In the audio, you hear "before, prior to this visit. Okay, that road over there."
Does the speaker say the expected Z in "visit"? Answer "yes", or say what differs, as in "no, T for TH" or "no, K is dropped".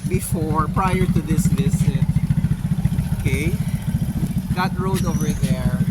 no, S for Z